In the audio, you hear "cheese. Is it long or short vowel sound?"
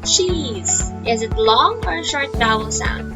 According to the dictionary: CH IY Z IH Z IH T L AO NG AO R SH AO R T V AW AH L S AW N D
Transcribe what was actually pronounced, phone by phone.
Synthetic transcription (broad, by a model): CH IY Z IH Z IH T L AO NG AO R SH AO R T B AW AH L S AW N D